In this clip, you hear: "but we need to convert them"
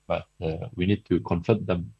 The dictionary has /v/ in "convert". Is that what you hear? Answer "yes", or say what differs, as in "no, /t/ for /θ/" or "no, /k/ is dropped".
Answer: no, /f/ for /v/